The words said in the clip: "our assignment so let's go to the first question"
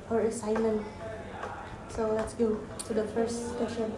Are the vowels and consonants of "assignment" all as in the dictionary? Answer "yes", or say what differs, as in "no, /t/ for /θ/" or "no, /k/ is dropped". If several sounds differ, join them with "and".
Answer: yes